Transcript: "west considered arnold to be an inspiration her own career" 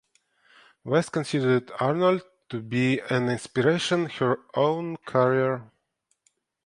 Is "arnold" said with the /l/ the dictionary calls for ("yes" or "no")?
yes